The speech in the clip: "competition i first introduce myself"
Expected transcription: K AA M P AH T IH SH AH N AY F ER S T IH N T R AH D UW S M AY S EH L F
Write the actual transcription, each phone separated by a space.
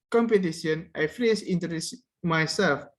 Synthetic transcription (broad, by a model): K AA M P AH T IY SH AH N AY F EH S IH N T AH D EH S M AY S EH L F